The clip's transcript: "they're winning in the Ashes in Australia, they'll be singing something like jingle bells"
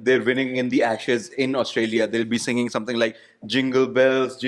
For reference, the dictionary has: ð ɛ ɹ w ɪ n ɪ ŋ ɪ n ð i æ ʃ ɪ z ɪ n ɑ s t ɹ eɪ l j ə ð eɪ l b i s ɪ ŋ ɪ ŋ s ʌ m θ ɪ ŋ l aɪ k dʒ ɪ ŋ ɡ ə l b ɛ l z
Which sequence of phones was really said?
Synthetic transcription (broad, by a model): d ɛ ɹ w ɪ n ɪ ŋ ɪ n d i æ ʃ ɪ z ɪ n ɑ s t ɹ eɪ l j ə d eɪ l b i s ɪ ŋ ɪ ŋ s ʌ m t ɪ ŋ l aɪ k dʒ ɪ ŋ ɡ ə l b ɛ l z